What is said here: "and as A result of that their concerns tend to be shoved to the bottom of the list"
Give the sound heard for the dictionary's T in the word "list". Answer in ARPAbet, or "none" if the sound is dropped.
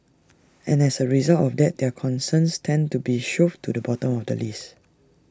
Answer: none